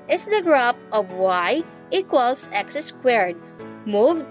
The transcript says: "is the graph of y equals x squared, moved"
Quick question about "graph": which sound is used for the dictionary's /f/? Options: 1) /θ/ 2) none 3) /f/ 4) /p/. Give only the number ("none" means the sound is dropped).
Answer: 4